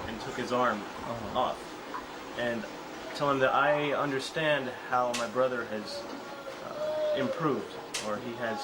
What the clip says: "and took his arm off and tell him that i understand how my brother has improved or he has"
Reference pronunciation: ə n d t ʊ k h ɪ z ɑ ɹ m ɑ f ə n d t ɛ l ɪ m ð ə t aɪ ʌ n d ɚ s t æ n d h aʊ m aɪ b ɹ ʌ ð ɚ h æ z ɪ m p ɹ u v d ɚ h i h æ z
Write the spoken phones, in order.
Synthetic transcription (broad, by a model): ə n t ʊ k h ɪ z ɑ ɹ m ɑ f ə n t ɛ l ɪ m ð ə t aɪ ʌ n d ɚ s t æ n d h aʊ m aɪ b ɹ ʌ ð ɚ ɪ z ɪ m p ɹ u v d ɚ i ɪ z